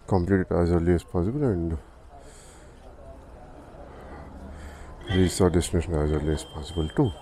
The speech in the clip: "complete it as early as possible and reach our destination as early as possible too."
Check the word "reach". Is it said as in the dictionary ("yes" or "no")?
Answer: no